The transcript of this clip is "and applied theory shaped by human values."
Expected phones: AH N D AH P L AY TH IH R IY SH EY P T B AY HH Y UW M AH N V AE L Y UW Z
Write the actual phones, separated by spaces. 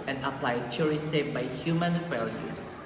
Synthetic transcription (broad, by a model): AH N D AH P L AY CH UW R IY S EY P B AY HH Y UW M AH N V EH L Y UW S